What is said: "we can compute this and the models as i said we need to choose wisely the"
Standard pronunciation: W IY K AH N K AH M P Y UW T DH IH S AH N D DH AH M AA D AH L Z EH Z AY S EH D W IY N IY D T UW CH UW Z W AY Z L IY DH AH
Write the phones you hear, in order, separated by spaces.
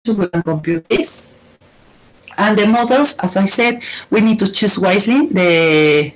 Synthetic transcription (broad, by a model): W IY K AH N K AH M P Y UW T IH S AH N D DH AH M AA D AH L S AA S AY S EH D W IY N IY D T UW CH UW S W AY S L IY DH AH